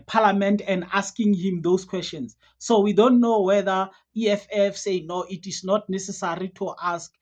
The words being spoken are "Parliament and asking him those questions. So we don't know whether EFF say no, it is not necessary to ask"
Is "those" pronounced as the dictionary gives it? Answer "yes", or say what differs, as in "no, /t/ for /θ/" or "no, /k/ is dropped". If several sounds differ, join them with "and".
no, /s/ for /z/